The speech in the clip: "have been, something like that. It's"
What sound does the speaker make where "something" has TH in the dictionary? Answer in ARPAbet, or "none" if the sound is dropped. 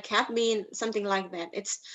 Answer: TH